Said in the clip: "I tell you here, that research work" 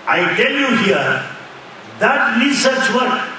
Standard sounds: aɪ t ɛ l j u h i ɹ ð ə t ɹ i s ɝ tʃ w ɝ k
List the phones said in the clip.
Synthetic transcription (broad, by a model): aɪ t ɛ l j u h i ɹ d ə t l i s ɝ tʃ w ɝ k